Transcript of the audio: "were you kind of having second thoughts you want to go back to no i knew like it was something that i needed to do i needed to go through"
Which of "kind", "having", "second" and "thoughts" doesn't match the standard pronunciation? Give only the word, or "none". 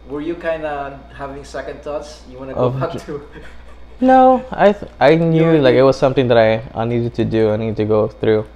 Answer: thoughts